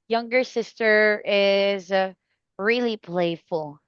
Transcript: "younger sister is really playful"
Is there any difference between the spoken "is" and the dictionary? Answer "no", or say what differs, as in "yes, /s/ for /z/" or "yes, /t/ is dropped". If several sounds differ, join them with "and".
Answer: no